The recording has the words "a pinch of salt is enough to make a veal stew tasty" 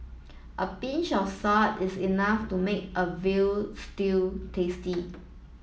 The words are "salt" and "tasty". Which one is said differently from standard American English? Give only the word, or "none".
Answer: salt